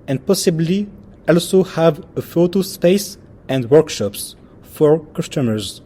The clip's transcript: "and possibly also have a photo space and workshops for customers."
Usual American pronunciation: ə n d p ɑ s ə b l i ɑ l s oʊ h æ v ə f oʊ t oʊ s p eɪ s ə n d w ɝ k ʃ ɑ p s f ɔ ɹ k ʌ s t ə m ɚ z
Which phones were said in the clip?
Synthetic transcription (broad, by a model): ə n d p ɑ s ə b l i ɑ l s oʊ h æ v ə f oʊ t oʊ s p eɪ s ə n d w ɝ k ʃ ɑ p s f ɔ ɹ k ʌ s t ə m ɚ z